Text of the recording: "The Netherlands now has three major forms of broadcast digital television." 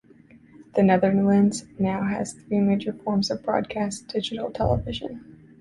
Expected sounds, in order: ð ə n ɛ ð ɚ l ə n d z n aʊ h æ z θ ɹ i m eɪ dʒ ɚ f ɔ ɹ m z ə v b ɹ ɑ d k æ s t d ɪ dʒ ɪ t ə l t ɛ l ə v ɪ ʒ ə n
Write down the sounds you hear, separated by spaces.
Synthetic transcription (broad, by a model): ð ə n ɛ ð ɚ l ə n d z n aʊ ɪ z θ ɹ i m eɪ dʒ ɚ f ɔ ɹ m z ə v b ɹ ɑ d k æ s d ɪ dʒ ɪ t l t ɛ l ə v ɪ ʒ ə n